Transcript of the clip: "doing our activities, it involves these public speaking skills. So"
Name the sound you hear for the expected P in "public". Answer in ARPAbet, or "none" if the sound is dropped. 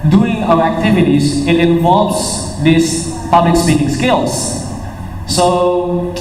P